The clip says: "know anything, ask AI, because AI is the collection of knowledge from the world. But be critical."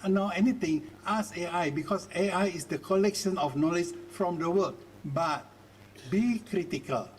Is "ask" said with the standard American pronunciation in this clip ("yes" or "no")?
no